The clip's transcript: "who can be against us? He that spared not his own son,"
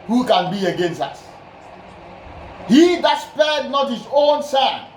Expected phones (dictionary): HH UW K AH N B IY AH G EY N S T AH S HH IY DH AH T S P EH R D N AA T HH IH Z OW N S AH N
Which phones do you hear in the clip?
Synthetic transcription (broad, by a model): HH UW K AH N B IY AH G EY N S T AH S HH IY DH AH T S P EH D N AA T HH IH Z OW N S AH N